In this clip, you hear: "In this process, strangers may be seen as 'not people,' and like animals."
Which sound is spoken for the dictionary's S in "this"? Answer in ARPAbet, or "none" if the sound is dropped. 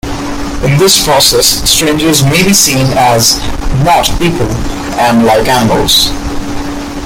S